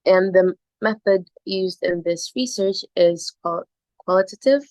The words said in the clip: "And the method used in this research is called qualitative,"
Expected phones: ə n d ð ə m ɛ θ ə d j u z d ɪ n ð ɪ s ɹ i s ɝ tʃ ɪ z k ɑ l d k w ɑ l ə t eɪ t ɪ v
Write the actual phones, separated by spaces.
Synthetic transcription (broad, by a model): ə n ð ə m ɛ θ ə d j u z d ɪ n ð ɪ s ɹ i s ɝ tʃ ɪ z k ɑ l k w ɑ l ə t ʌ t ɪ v